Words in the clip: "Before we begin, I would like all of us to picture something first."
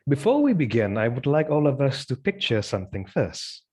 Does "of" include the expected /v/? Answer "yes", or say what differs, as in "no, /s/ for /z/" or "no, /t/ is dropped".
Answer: yes